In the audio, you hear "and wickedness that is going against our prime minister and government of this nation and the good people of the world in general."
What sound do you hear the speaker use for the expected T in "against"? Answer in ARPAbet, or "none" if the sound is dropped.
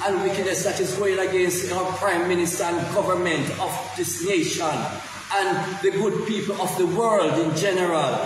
T